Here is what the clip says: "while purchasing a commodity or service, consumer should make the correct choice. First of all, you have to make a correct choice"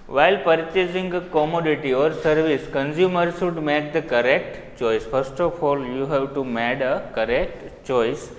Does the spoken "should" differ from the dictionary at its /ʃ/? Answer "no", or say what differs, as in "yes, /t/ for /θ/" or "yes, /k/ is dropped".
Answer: yes, /s/ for /ʃ/